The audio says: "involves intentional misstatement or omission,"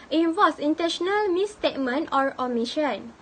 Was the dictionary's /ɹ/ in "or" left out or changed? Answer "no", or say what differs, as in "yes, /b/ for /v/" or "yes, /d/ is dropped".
no